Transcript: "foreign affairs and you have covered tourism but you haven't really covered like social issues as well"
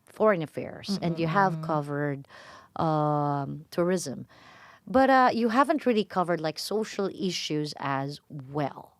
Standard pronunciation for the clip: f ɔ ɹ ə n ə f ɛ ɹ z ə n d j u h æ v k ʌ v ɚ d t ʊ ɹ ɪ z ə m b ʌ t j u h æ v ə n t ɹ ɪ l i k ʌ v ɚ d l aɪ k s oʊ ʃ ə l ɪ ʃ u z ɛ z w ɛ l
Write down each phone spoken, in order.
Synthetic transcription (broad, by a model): f ɔ ɹ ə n ə f ɛ ɹ z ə n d j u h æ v k ʌ v ɚ d t ʊ ɹ ɪ z ə m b ʌ t j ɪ h æ v ə n t ɹ ɪ l i k ʌ v ɚ d l aɪ k s oʊ ʃ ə l ɪ ʃ u z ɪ z w ɛ l